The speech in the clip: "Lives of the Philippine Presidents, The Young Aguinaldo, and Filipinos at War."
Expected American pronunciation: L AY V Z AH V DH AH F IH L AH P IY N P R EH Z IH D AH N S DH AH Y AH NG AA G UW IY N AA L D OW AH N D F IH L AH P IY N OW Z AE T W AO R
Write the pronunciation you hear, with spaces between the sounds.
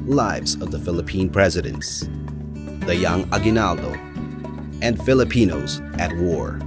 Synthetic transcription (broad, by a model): L AY V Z AH V DH AH F IH L AH P IY N P R EH Z IH D AH N S DH AH Y AH NG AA G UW N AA L D OW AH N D F IH L AH P IY N OW Z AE T W AO R